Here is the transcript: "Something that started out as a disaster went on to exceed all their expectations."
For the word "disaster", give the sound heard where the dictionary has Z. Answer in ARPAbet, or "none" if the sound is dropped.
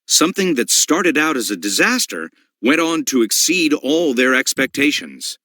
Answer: Z